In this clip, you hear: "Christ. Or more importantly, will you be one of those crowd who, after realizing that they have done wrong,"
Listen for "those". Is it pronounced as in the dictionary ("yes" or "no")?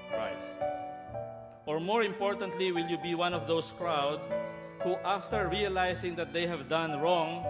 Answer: no